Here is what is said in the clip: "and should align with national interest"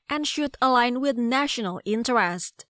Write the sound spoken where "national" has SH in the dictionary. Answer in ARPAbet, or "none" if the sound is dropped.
SH